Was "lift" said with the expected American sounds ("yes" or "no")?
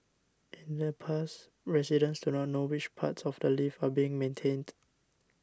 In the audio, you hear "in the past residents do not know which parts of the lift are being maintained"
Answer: no